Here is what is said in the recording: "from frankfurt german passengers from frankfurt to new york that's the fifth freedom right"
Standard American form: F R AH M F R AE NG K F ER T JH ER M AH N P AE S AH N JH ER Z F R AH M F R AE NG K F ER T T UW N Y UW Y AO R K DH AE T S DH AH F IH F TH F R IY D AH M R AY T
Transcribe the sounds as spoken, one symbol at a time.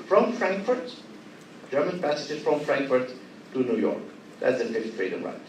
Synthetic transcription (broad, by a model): F R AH M F R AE NG K F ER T JH ER M AH N P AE S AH JH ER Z F R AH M F R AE NG K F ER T T UW N Y UW Y AO R K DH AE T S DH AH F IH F T F R IY D AH M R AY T